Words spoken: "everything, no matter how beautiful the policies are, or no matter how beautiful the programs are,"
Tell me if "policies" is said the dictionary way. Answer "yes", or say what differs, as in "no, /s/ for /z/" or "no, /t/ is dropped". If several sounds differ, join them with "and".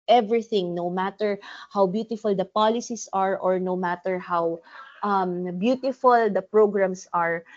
no, /s/ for /z/